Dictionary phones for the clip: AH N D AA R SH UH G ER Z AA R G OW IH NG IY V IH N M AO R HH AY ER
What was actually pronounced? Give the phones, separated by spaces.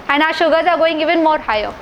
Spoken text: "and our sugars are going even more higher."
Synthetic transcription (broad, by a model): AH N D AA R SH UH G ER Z AA R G OW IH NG IY V IH N M AO R HH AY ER